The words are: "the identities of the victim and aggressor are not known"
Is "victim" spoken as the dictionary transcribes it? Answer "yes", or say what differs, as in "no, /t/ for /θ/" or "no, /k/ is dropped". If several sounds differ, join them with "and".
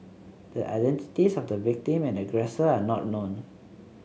yes